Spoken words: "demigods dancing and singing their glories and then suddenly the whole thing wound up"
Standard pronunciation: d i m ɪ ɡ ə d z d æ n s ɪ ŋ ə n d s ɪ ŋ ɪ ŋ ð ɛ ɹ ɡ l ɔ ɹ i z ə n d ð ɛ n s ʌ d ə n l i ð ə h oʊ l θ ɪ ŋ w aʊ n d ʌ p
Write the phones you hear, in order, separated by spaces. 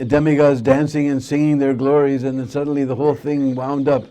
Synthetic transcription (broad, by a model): d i m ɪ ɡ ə z d æ n s ɪ ŋ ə n s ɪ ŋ ɪ ŋ ð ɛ ɹ ɡ l ɔ ɹ i z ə n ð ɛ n s ʌ d n l i ð ə h oʊ l θ ɪ ŋ w aʊ n d ʌ p